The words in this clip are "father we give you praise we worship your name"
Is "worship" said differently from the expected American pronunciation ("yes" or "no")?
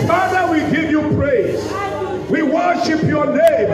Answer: no